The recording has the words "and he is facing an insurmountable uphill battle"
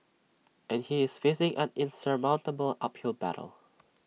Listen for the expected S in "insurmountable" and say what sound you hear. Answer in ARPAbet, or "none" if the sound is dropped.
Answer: S